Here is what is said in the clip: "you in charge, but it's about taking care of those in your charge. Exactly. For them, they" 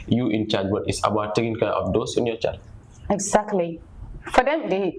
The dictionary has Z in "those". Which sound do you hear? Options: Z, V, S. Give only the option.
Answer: S